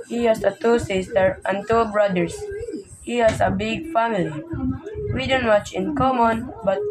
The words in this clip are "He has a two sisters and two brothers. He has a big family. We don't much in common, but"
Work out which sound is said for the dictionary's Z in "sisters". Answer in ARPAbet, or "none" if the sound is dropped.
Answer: none